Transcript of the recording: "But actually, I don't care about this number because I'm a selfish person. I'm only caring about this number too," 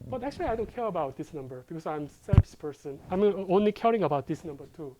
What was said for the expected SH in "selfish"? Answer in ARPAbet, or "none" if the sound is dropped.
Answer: S